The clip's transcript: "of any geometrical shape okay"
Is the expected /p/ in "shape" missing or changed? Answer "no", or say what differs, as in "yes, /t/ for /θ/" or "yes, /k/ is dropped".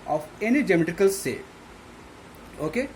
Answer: yes, /p/ is dropped